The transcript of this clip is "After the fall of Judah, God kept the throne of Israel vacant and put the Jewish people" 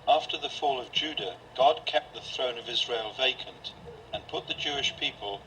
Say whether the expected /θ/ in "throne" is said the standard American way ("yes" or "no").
yes